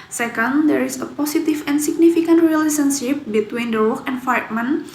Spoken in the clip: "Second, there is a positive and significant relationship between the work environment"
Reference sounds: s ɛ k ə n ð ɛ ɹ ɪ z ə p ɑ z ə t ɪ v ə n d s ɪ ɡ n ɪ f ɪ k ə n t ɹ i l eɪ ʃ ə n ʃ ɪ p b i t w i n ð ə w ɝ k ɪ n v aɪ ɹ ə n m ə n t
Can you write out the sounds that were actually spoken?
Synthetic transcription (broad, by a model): s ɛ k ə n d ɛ ɹ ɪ s ə p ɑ s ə t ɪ f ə n s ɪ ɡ n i f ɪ k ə n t ɹ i l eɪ s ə n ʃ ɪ p b i t w i n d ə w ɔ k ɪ n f aɪ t m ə n